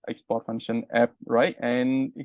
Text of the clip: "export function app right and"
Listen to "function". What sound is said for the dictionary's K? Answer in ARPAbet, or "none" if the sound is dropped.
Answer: none